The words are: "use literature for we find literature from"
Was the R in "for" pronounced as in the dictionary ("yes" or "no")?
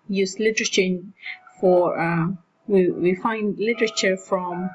no